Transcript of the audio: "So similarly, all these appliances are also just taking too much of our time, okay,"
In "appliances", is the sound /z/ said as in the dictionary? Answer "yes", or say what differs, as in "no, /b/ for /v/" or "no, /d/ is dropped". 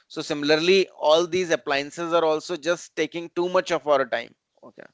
yes